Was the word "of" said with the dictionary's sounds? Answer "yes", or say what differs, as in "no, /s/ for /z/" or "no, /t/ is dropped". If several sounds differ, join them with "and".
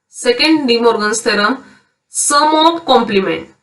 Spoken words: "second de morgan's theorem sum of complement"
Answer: no, /p/ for /v/